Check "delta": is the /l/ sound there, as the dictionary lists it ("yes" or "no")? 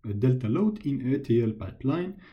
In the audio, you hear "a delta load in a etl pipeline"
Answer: yes